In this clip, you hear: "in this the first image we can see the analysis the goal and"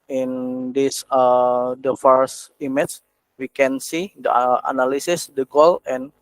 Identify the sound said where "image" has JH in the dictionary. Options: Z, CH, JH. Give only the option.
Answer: CH